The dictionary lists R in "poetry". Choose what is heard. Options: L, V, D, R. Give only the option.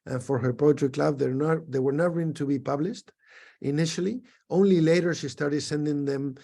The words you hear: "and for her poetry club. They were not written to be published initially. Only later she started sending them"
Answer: L